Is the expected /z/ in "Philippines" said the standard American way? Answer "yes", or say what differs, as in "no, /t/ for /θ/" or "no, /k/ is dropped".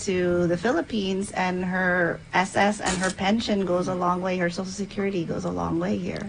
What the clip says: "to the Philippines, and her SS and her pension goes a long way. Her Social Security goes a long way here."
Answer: yes